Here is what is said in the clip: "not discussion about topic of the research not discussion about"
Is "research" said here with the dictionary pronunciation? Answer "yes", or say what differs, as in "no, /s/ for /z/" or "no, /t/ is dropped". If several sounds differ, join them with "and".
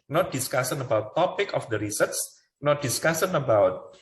no, /s/ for /tʃ/